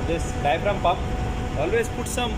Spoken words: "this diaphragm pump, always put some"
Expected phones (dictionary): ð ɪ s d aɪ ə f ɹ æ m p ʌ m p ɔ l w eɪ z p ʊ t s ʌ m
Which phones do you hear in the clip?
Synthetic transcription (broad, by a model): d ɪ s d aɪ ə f ɹ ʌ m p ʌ p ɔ l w eɪ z p ʊ t s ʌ m